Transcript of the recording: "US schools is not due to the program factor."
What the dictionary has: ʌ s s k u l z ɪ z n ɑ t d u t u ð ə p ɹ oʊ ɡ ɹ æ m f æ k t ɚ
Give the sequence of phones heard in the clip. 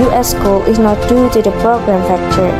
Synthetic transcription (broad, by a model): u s s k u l ɪ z n ɑ t d u t u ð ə p ɹ oʊ ɡ ɹ æ m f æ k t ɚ